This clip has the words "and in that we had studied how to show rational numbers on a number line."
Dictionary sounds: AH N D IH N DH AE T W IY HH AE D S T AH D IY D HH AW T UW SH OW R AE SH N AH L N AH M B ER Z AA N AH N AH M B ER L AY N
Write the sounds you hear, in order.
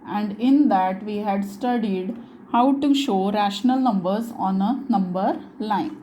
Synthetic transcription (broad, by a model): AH N D IH N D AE T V IY HH AE D S T AH D IY D HH AW T UW SH OW R AE SH N AH L N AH M B ER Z AA N AH N AH M B ER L AY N